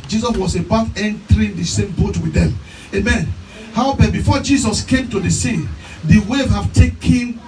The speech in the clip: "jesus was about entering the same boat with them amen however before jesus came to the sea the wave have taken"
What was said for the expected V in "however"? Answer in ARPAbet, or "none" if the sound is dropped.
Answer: P